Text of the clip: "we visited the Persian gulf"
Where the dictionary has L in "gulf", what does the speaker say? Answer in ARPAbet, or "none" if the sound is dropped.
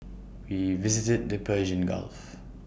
L